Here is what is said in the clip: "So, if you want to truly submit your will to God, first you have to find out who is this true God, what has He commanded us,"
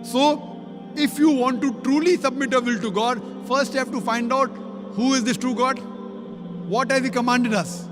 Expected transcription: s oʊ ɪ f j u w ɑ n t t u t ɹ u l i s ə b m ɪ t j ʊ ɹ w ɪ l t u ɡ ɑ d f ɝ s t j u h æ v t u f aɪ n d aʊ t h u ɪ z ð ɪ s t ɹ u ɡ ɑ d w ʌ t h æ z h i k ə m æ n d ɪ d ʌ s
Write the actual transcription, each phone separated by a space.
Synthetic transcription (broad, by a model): s oʊ ɪ f j u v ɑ n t t u t ɹ u l i s ə b m ɪ t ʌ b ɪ l t u ɡ ɑ d f ɝ s t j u h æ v t u f aɪ n d aʊ t h u ɪ z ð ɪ s t ɹ u ɡ ɑ d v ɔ t h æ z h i k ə m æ n d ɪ d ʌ s